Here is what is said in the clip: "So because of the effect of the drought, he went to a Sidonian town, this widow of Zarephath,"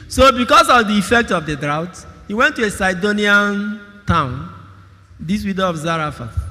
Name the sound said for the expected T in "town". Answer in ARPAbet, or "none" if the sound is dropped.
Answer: T